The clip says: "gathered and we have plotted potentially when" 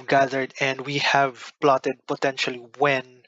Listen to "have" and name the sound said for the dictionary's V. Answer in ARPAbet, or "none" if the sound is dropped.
V